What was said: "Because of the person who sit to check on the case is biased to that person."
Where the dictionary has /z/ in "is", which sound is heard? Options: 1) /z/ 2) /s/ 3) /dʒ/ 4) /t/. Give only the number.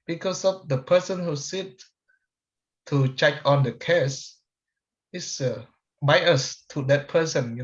2